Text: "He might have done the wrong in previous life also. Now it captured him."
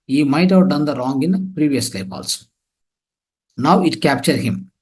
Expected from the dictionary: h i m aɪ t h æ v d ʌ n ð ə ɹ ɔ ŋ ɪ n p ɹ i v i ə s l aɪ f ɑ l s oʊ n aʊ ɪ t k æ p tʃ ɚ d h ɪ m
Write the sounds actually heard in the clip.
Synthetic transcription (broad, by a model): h i m aɪ t h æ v d ʌ n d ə ɹ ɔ ŋ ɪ n p ɹ i v i ə s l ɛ p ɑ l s n aʊ ɪ t k æ p tʃ ɚ d h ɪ m